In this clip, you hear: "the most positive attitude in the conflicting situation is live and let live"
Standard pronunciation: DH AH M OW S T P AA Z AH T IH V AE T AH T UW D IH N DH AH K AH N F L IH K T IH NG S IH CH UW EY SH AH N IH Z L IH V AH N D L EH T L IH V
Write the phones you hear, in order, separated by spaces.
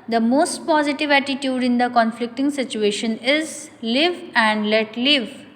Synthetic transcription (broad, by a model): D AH M OW S T P AA Z AH T IH V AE T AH T UW D IH N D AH K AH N F L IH K T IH NG S IH CH UW EY SH AH N IH Z L IH V AH N D L EH T L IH V